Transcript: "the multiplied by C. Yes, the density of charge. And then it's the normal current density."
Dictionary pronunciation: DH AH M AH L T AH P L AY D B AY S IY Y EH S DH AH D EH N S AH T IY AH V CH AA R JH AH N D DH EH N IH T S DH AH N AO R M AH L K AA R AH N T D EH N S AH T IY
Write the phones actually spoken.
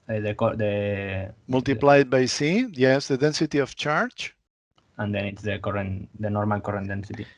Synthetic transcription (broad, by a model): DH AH M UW L T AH P L AY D B AY S IY Y EH S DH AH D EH N S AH T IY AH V CH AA R CH AH N D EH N IH T S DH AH N AO R M AH L K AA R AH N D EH N S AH T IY